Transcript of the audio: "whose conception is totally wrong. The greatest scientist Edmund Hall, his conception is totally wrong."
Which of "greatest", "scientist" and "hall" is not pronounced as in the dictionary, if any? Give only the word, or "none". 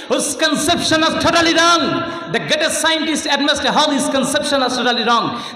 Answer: greatest